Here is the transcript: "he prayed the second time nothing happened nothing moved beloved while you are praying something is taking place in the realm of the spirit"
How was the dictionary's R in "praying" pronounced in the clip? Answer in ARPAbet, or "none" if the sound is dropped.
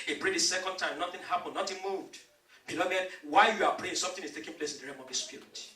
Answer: L